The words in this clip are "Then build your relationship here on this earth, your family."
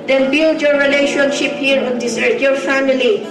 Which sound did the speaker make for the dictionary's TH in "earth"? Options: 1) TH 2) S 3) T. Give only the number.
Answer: 3